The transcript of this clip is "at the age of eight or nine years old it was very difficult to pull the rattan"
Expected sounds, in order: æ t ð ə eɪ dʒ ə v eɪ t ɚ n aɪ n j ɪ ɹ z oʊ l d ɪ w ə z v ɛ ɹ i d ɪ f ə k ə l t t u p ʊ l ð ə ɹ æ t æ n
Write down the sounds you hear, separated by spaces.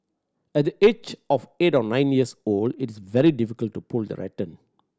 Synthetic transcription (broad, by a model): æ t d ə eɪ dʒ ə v eɪ t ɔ n aɪ n j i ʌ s oʊ l d ɪ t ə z v ɛ ɹ i d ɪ f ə k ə l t t u p ʊ l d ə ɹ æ t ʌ n